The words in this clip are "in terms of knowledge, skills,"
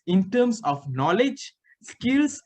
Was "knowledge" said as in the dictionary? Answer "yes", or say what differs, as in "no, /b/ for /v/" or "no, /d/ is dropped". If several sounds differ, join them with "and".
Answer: yes